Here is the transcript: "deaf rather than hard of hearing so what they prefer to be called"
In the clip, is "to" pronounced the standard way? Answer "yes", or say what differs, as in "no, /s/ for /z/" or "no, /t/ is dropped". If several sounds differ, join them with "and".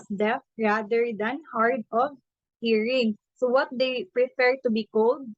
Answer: yes